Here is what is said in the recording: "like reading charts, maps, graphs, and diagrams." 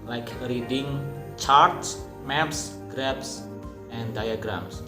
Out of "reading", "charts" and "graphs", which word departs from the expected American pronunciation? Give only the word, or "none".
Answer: graphs